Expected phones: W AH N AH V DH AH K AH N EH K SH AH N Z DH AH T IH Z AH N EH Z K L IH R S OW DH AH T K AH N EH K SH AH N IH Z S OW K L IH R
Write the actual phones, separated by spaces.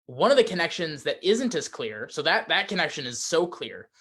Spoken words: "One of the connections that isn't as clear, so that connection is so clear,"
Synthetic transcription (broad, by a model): W AH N AH V DH AH K AH N EH K SH AH N Z DH AH T IH Z AH N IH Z K L IH R S OW DH AH T K AH N EH K SH AH N IH Z S OW K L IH R